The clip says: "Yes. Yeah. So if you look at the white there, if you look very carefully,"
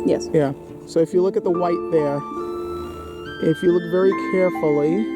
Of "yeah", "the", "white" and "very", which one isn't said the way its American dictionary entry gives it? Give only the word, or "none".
none